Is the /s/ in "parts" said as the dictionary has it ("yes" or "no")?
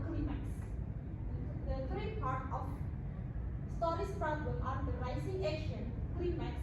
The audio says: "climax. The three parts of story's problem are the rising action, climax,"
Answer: no